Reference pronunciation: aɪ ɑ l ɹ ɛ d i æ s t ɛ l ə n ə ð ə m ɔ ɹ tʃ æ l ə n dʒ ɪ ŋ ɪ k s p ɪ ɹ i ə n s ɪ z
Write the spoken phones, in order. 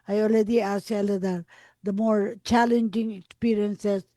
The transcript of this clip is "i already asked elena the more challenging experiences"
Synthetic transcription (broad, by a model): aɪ ɑ l ɹ ɛ d i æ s ɛ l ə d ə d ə m ɔ ɹ tʃ æ l ə n dʒ ɪ ŋ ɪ k s p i ɹ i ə n s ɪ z